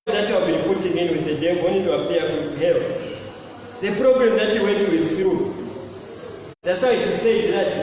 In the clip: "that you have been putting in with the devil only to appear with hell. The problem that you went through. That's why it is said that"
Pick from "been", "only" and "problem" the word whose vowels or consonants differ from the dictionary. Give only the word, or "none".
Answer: only